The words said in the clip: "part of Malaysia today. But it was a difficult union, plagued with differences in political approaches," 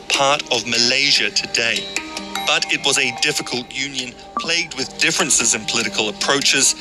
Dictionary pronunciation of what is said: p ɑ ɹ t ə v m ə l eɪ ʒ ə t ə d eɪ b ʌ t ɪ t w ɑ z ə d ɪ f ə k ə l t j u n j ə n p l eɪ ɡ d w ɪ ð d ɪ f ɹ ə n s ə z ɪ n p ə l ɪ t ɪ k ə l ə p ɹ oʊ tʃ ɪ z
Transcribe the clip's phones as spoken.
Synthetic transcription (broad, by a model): p ɑ ɹ t ə v m ə l eɪ ʒ ə t ə d eɪ b ʌ t ɪ t w ɑ z ə d ɪ f ə k ə l t j u n j ə n p l eɪ ɡ d w ɪ ð d ɪ f ɹ ə n s ə z ɪ n p ə l ɪ t ɪ k ə l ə p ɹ oʊ tʃ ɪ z